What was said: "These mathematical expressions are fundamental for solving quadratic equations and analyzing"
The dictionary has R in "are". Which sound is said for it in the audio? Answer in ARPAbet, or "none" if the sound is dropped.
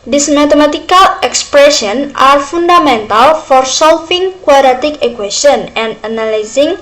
R